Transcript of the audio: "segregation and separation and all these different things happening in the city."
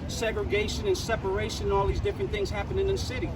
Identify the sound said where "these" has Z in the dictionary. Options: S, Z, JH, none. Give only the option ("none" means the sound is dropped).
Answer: Z